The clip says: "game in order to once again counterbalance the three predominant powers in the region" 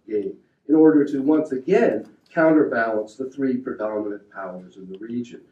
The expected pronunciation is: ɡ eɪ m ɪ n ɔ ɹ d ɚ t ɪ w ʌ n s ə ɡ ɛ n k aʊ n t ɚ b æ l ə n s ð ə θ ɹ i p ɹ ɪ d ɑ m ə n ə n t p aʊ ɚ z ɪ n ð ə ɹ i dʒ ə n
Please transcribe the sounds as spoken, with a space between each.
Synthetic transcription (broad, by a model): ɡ eɪ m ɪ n ɔ ɹ d ɚ t ɪ w ʌ n s ə ɡ ɛ n k aʊ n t ɚ b æ l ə n s ð ə θ ɹ i p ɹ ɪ d ɑ m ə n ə n p aʊ ɚ z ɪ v ð ə ɹ i dʒ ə n